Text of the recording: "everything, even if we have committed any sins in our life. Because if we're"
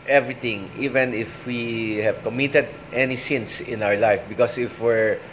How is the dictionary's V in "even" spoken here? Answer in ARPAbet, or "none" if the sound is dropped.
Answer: V